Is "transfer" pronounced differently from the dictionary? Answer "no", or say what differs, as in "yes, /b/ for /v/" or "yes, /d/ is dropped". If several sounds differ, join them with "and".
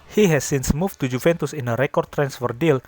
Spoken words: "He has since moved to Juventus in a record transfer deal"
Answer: no